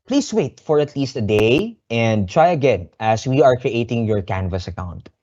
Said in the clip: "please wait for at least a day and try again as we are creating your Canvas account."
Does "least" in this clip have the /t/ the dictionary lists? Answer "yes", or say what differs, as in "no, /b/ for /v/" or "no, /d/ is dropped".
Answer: yes